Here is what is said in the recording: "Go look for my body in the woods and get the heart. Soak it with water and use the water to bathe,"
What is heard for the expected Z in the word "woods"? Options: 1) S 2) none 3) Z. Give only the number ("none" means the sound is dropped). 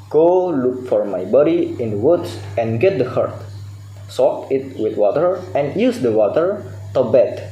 1